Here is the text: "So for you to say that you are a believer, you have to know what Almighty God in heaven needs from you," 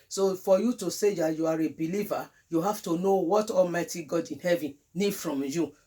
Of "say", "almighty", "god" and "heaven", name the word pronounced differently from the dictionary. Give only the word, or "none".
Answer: none